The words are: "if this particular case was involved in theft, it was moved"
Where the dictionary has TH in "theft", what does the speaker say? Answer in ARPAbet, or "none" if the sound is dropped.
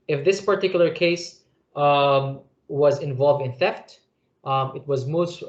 TH